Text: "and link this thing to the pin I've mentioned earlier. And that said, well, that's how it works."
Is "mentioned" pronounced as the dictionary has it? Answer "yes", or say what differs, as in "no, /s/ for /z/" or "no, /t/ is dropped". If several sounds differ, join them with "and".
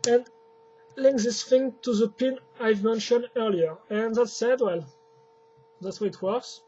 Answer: yes